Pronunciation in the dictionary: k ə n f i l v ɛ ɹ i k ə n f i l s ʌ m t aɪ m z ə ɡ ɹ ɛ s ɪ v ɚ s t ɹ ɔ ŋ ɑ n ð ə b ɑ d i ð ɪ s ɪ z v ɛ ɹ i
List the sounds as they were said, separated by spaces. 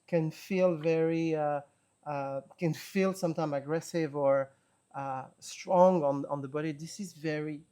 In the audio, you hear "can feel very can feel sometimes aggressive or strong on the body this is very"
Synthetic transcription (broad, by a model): k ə n f i l v ɛ ɹ i k ə n f i l s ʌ m t aɪ m ə ɡ ɹ ɛ s ɪ v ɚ s t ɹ ɔ ŋ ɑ n ð ə b ɑ d i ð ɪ s ɪ z v ɛ ɹ i